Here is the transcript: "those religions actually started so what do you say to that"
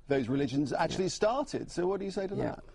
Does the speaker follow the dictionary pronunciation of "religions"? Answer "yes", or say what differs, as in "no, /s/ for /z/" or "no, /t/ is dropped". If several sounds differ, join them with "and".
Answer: yes